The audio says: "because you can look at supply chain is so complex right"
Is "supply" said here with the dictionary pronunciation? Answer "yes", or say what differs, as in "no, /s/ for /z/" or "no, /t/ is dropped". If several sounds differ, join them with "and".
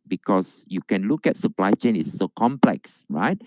yes